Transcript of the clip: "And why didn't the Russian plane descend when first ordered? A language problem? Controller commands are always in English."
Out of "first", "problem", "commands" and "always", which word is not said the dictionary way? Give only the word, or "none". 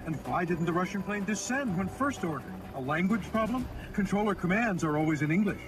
none